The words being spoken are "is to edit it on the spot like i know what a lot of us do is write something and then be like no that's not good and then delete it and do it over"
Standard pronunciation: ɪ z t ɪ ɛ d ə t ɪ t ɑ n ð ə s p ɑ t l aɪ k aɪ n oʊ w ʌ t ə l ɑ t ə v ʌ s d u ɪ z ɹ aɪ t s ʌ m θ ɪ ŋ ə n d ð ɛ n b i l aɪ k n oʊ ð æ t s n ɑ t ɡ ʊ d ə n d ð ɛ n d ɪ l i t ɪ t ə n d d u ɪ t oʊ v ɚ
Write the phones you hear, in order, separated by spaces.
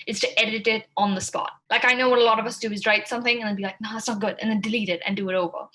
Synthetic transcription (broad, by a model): ɪ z t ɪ ɛ d ə t ɪ t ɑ n ð ə s p ɑ t l aɪ k aɪ n oʊ w ʌ t ə l ɑ t ə v ʌ s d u ɪ z ɹ aɪ t s ʌ m θ ɪ ŋ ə n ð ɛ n b i l aɪ k n oʊ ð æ t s n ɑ t ɡ ʊ d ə n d ð ɛ n d ɪ l i t ɪ t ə n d d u ɪ t oʊ v ɚ